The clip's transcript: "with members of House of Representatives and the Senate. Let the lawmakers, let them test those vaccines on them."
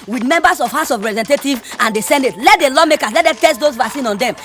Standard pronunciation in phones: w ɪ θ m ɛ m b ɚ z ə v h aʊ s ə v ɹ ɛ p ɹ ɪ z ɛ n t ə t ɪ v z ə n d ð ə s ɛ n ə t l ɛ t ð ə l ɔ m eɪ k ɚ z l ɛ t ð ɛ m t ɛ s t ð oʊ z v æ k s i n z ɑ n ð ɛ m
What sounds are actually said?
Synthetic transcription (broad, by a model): w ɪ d m ɛ m b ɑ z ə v h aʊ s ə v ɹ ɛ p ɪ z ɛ n t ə t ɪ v ə n d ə s ɛ n ə t l ɛ t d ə l ɔ m eɪ k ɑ s l ɛ t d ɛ t ɛ s t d oʊ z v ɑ s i n ɑ n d ɛ m